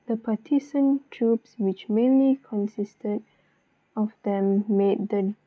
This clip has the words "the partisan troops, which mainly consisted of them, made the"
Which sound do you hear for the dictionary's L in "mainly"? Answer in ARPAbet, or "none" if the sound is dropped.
L